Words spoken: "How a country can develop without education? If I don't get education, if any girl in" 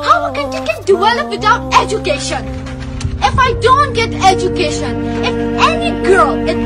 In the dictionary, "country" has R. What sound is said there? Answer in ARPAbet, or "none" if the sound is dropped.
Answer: none